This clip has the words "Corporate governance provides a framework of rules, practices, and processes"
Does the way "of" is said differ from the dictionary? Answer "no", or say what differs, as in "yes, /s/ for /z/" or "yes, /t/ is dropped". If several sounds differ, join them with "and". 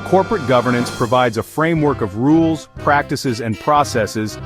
no